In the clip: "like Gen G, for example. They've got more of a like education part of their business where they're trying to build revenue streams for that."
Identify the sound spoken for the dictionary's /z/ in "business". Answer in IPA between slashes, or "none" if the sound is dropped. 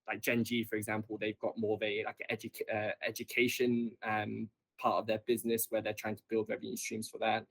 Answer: /z/